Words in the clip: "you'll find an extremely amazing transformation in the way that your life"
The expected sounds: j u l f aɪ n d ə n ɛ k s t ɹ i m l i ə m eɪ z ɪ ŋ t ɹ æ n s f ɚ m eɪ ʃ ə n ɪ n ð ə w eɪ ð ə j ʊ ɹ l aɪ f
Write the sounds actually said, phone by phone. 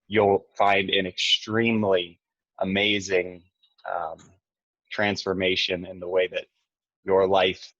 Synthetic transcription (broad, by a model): j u l f aɪ n d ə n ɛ k s t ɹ i m l i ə m eɪ z ɪ ŋ t ɹ æ n s f ɚ m eɪ ʃ ə n ɪ n ð ə w eɪ ð ə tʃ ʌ ɹ l aɪ f